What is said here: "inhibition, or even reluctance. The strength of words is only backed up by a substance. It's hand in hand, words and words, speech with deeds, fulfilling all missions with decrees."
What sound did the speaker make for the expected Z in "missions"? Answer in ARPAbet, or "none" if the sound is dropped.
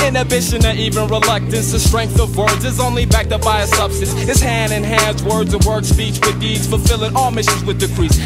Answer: Z